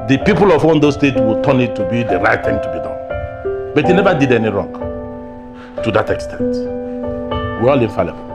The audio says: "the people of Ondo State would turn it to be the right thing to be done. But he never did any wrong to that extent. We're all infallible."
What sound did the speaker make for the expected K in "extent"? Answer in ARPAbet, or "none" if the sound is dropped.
K